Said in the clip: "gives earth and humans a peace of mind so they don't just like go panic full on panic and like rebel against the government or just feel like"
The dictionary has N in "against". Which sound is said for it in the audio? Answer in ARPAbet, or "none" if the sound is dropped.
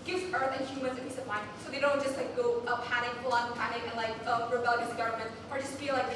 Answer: none